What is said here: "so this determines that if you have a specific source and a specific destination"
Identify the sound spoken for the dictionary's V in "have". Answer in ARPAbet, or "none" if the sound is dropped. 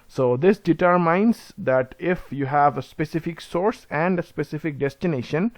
V